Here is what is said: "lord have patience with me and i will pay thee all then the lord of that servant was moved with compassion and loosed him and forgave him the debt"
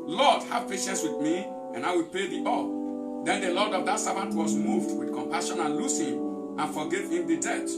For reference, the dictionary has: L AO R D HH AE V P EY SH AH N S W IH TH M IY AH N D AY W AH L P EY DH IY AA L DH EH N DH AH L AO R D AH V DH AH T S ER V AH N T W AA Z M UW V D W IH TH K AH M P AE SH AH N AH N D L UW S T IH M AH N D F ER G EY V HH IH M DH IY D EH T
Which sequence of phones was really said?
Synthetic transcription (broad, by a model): L AO D HH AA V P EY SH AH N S W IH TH M IY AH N AY W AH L P EY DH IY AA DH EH N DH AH L AO D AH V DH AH T S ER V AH N T W AA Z M UW V D W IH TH K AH M P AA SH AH N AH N L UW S IH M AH N F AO G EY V HH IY M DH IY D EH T